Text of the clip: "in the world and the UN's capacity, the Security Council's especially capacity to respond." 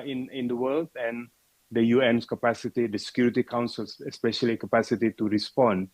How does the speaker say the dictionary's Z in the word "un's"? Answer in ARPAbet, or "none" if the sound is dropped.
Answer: S